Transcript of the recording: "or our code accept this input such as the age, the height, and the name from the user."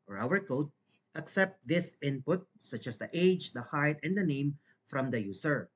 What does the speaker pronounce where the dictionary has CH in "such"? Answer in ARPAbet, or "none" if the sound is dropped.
CH